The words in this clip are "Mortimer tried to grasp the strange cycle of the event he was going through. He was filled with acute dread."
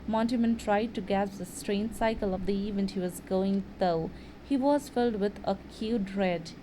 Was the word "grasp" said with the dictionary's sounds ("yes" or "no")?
no